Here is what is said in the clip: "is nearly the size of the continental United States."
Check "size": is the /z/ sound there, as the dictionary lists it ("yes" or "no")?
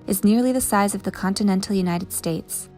yes